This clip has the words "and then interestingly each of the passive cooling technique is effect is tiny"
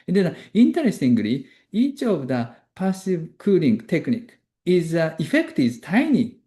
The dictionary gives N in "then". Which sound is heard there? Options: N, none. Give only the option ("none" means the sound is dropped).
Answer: none